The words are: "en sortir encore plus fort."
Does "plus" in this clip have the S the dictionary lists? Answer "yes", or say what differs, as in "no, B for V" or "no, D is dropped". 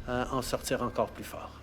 no, S is dropped